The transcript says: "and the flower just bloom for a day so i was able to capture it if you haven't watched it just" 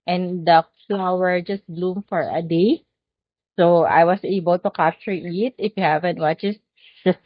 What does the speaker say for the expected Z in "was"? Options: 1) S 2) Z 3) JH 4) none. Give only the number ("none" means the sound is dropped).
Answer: 1